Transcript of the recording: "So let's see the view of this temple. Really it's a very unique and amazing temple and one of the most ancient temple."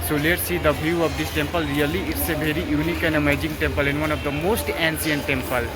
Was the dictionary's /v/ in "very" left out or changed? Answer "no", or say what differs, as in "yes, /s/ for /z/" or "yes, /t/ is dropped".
yes, /b/ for /v/